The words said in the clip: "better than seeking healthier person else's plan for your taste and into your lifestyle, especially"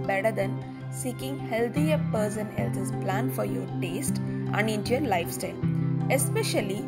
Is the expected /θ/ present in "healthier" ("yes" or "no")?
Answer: no